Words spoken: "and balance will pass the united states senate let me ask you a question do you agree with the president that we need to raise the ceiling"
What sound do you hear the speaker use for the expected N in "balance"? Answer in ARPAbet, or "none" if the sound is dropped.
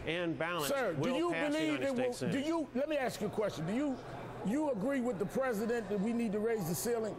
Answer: none